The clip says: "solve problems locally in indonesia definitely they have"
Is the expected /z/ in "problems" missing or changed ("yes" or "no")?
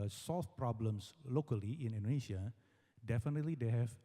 yes